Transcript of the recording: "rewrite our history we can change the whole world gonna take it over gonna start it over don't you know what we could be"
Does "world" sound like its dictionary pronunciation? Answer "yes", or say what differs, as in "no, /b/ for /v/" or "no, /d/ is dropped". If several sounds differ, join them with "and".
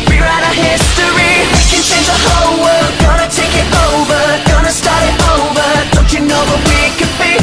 no, /l/ is dropped